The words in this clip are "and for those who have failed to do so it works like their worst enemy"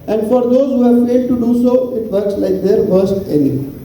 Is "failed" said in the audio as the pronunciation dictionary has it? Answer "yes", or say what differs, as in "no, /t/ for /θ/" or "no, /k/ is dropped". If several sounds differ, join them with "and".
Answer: yes